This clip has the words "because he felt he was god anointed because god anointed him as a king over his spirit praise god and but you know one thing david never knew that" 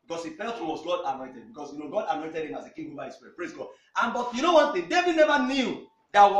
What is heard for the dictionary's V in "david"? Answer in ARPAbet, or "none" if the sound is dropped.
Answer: V